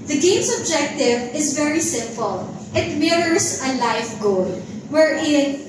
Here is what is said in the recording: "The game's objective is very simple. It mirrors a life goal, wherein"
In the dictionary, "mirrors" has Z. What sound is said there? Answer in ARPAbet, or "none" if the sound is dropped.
S